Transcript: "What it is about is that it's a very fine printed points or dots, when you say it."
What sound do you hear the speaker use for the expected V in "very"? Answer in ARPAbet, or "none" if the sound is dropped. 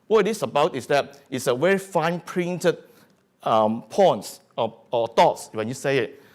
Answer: W